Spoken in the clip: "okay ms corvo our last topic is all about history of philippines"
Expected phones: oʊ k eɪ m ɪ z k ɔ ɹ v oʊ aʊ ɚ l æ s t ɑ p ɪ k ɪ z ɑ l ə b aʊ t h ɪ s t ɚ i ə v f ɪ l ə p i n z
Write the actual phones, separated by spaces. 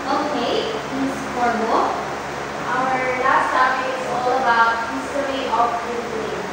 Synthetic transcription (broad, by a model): oʊ k eɪ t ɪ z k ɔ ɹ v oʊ aʊ ɚ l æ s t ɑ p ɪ ɪ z ɑ l ə b aʊ t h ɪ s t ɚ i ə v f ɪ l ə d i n